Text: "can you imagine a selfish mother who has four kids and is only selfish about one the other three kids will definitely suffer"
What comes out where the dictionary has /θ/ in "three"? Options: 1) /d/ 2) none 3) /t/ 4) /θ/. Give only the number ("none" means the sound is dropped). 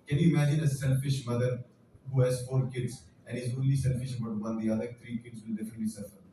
3